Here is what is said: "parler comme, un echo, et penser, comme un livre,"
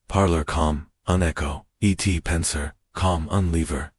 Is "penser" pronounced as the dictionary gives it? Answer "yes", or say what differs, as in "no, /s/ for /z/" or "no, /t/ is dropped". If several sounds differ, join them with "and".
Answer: yes